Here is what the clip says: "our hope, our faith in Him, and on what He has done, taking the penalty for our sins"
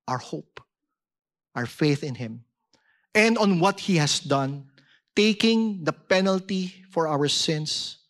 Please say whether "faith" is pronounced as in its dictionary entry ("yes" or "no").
yes